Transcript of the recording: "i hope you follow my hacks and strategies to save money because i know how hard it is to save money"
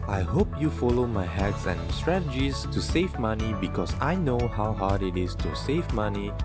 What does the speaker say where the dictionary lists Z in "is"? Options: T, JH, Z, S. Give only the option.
S